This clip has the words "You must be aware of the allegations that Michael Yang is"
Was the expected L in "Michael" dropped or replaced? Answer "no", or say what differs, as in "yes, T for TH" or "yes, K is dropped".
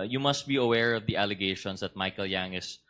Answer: no